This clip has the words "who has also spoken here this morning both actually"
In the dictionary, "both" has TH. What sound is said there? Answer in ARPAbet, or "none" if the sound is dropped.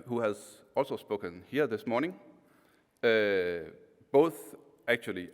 TH